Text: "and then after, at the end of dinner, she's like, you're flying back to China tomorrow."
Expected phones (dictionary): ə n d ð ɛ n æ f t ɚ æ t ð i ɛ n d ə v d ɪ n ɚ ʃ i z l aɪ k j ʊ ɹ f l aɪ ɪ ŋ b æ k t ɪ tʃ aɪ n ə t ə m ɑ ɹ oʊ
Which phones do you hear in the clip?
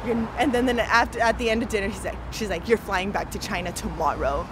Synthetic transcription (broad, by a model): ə n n ð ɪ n æ f t ɚ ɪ t ð i ɛ n d ə v d ɪ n ɚ ʃ i z l aɪ k j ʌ ɹ f l aɪ ɪ ŋ b æ k t ɪ tʃ aɪ n ə t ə m ɑ ɹ oʊ